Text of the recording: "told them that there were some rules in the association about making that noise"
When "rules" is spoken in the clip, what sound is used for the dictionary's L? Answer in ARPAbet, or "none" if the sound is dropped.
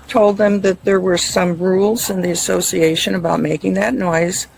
L